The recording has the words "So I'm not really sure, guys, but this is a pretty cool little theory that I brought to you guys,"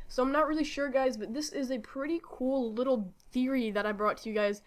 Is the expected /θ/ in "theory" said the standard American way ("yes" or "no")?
yes